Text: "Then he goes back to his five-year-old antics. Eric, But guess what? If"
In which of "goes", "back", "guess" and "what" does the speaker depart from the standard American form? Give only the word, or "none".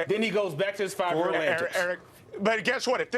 none